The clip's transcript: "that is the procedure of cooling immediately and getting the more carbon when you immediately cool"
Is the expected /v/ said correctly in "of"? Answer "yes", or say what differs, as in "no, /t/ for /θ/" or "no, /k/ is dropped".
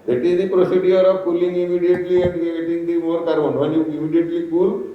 no, /b/ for /v/